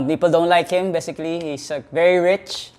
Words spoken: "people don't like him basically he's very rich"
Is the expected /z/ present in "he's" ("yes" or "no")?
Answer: no